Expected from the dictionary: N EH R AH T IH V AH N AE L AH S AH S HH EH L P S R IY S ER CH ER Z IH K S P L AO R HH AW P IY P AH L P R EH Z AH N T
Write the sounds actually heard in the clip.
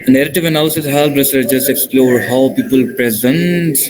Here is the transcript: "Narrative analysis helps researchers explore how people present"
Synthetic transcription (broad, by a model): N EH R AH T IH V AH N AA AH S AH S HH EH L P R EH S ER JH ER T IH K S P L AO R HH AW P IY P AH L P R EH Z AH N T